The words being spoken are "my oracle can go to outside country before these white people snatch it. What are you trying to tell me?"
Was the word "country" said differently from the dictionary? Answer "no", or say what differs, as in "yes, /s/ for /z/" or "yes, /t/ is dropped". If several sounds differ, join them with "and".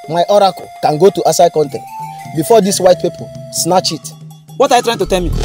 yes, /ɹ/ is dropped